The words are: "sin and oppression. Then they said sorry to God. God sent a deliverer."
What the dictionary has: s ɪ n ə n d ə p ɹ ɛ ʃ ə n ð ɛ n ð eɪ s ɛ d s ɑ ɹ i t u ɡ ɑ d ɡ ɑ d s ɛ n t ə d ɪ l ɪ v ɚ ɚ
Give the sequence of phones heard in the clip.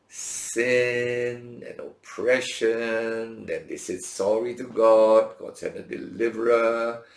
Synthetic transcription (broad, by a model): s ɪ n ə n ə p ɹ ɛ ʃ ə n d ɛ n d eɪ s ɛ d s ɑ ɹ i t u ɡ ɑ d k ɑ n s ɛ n ə d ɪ l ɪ v ɚ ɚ